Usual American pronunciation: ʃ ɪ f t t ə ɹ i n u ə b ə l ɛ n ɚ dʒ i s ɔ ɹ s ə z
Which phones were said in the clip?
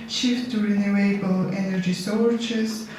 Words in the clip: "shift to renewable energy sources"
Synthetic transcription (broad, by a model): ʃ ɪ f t t ɹ i n u ə b ə l ɛ n ɚ dʒ i s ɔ ɹ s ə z